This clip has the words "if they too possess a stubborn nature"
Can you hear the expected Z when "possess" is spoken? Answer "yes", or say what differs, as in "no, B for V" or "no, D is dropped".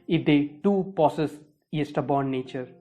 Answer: no, S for Z